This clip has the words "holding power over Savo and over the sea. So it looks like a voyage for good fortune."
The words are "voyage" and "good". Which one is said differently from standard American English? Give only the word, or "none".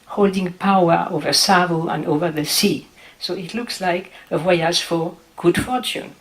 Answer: voyage